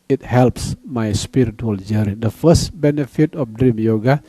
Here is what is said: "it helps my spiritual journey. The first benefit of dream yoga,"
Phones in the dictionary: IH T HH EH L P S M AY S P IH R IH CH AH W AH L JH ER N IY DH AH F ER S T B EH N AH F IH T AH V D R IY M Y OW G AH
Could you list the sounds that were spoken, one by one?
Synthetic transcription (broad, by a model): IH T HH EH L P S M AY S P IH R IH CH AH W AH L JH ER IY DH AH F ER S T B EH N AH F IH T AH F D R IY M Y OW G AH